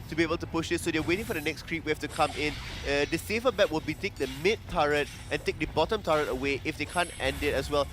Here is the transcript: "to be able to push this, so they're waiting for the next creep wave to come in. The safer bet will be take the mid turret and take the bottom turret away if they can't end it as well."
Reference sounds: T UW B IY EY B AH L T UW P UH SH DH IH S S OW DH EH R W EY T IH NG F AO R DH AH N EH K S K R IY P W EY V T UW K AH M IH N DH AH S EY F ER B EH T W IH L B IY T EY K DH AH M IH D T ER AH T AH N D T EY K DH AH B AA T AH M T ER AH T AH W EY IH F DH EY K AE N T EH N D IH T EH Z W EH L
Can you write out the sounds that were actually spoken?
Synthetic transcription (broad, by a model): T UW B IY EY B AH L T UW P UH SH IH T S OW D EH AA W EY T IH NG F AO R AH N EH K S K R IY P W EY F T UW K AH M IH N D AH S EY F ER B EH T W IH L B IY T EY K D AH M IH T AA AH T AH N T EY K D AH B AA T AH M T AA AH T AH W EY IH F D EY K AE N T EH N D IH T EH S W EH L